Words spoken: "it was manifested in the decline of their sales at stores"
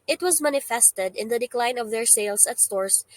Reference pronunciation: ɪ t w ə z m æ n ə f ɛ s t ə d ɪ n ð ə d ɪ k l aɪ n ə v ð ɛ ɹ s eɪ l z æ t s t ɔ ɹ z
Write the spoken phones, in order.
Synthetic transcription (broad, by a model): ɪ t w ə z m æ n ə f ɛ s t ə d ɪ n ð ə d ɪ k l aɪ n ə v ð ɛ ɹ s eɪ l s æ t s t ɔ ɹ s